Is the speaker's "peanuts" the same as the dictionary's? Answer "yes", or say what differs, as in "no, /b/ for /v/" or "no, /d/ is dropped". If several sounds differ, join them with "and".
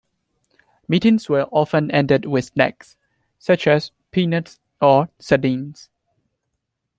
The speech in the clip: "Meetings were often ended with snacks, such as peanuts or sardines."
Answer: yes